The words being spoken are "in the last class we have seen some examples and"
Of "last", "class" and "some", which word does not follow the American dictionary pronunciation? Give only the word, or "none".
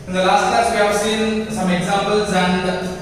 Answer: class